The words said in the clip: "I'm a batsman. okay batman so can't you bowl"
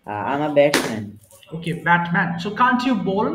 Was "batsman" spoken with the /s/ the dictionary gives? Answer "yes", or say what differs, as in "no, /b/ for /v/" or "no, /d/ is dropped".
no, /s/ is dropped